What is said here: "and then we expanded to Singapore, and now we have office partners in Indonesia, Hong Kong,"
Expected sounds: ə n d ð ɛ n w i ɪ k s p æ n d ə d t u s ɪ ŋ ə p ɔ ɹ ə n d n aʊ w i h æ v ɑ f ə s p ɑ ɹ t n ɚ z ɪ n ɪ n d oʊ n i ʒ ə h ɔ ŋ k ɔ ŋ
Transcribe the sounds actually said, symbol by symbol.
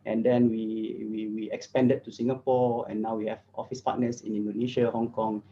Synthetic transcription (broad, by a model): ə n d ɛ n w i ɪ k s p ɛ n d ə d t u s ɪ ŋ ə p ɔ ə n n aʊ w i h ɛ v ɑ f ə s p ɑ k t n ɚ s ɪ n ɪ n d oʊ n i ʃ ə h ɔ ŋ k ɔ ŋ